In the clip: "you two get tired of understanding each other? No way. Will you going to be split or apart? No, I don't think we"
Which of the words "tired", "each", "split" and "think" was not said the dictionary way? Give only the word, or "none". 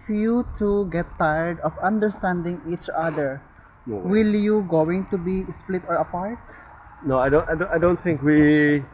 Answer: none